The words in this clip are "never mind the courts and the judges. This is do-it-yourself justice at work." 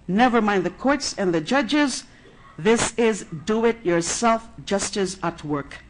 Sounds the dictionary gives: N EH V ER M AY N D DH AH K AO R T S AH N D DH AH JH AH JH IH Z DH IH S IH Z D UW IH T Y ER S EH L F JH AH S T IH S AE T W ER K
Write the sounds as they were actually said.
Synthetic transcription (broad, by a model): N EH V ER M AY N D DH AH K AO R T S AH N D DH AH JH AH JH IH Z DH IH S IH Z D UW IH T Y ER S EH L F JH AH S T IH S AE T W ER K